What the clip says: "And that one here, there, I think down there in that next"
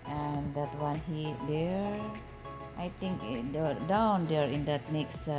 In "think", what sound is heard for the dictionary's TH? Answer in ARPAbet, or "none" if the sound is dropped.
T